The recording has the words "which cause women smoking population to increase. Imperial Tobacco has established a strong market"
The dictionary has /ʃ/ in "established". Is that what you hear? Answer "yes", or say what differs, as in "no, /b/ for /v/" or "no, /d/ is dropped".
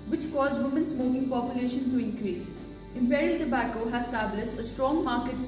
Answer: no, /s/ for /ʃ/